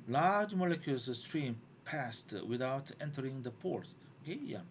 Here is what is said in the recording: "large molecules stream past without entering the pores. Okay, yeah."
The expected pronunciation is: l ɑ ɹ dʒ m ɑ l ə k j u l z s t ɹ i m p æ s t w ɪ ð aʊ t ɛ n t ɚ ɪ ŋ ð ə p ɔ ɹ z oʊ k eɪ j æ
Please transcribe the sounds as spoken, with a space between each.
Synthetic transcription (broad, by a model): l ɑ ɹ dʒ m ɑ l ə k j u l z s t ɹ i m p æ s t w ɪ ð aʊ t ɛ n t ɚ ɪ ŋ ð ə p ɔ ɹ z oʊ k eɪ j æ